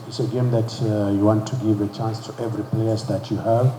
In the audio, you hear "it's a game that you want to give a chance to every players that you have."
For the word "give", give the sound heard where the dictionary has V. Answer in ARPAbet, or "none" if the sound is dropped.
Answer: V